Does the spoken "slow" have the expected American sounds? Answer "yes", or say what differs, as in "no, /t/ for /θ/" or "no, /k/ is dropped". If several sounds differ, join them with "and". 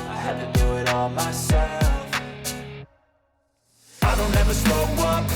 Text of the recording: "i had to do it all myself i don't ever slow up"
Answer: no, /l/ is dropped